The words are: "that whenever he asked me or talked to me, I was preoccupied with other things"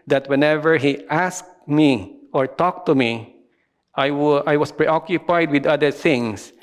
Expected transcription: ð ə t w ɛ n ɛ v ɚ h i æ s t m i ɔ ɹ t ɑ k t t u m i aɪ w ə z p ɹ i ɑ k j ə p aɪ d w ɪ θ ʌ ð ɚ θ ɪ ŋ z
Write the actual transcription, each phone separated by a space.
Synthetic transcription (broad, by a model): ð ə t w ɛ n ɛ v ɚ h i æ s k m i ɔ ɹ t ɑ k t t u m i aɪ w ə s p ɹ i ɑ k j ə p aɪ d w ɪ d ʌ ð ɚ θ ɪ ŋ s